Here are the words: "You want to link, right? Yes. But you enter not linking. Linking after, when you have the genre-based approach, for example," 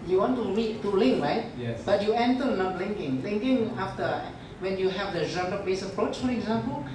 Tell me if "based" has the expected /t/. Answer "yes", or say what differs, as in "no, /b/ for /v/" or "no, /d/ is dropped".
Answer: no, /t/ is dropped